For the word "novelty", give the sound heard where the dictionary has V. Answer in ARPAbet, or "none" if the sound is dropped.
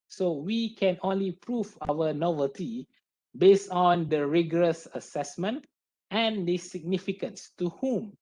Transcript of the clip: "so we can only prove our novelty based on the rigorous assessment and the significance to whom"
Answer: V